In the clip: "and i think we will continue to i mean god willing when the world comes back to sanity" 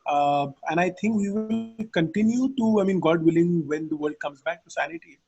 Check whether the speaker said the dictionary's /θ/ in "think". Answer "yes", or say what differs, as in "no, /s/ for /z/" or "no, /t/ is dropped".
no, /t/ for /θ/